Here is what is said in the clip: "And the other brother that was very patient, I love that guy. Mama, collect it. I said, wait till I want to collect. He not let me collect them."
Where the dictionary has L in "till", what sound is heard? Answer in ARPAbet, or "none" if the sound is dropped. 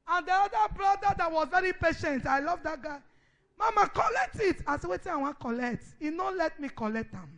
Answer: N